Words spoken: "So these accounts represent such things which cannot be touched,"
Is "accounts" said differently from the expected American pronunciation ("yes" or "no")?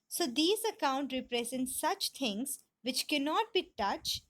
yes